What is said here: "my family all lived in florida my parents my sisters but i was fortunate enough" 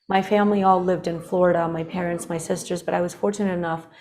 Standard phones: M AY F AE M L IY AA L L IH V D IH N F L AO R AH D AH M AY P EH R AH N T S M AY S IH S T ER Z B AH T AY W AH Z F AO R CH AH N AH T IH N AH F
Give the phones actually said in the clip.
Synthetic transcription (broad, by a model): M AY F AE M L IY AA L L IH V D IH N F L AO R AH D AH M AY P EH R AH N T S M AY S IH S T ER Z B AH T AY W AH Z F AO R CH AH N AH T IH N AH F